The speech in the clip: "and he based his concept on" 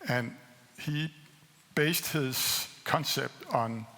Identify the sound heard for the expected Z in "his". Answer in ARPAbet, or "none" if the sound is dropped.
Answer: S